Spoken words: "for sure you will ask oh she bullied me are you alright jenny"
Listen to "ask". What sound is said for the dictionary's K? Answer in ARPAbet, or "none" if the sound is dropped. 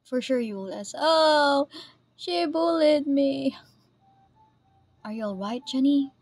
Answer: none